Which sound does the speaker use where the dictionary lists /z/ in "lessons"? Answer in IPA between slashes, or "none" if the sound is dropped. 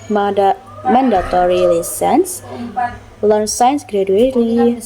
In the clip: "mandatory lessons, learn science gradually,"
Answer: /s/